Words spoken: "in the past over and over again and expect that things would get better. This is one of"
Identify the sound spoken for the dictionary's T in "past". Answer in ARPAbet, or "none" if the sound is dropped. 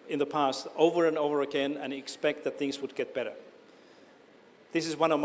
T